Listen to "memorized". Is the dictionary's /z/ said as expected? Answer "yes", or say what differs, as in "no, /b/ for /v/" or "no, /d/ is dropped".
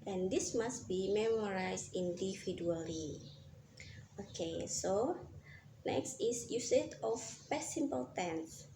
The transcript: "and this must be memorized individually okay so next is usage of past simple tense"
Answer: no, /s/ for /z/